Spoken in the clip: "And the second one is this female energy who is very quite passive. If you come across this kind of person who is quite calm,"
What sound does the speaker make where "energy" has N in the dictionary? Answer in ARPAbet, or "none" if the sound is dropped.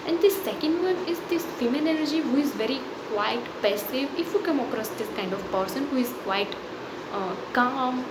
L